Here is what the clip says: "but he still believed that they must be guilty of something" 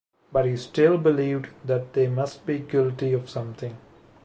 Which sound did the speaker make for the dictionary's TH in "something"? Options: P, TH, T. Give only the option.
T